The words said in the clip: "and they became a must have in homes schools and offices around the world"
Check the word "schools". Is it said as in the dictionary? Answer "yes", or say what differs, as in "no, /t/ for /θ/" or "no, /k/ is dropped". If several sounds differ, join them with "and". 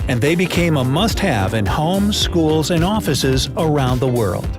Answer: yes